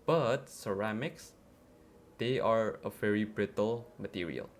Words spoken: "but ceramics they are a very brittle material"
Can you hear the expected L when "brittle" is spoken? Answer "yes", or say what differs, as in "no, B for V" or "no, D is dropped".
yes